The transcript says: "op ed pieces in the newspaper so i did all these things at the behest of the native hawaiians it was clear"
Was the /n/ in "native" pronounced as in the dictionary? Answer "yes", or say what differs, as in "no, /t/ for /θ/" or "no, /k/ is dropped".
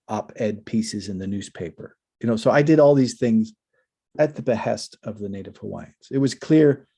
yes